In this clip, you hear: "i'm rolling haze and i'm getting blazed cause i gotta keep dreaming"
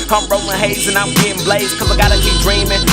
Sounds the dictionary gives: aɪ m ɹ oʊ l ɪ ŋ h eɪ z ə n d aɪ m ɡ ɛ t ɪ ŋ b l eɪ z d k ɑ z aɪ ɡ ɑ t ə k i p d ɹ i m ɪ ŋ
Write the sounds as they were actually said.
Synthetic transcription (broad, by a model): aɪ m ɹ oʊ ɪ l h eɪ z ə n aɪ m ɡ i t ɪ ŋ b l eɪ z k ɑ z aɪ ɡ ɑ t ə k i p d ɹ i m ɪ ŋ